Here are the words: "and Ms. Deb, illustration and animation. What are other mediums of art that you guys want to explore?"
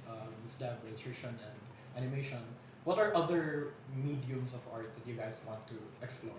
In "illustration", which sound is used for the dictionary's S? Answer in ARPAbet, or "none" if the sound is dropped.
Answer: none